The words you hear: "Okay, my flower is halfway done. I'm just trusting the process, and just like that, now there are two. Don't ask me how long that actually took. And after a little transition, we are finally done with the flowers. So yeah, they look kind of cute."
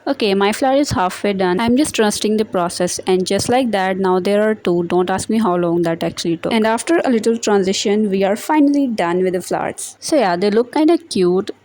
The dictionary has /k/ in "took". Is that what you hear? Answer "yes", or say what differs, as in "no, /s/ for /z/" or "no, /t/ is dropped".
no, /k/ is dropped